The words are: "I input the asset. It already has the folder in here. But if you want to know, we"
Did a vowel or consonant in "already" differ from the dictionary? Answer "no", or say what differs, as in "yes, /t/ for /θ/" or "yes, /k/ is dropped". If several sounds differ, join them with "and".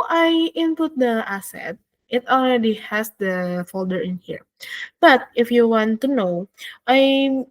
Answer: no